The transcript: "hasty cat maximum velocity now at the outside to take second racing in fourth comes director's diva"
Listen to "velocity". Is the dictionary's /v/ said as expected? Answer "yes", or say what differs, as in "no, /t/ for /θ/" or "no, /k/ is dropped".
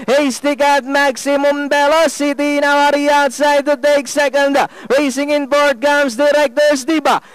no, /b/ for /v/